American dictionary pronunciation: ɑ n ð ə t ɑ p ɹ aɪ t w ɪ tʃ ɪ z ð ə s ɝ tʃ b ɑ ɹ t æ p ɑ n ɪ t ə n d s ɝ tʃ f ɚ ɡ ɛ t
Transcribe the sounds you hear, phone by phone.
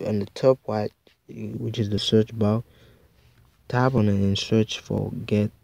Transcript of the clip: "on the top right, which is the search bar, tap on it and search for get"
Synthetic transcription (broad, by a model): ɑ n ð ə t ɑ p w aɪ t w ɪ tʃ ɪ z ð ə s ɝ tʃ b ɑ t t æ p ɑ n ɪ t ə n s ɝ tʃ f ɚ ɡ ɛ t